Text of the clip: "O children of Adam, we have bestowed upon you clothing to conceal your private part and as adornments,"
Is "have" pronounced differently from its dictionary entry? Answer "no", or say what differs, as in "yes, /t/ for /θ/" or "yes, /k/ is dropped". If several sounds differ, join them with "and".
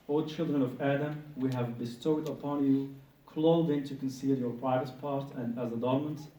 no